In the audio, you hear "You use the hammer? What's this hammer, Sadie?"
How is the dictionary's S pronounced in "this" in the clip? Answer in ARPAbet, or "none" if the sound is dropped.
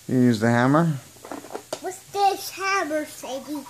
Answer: SH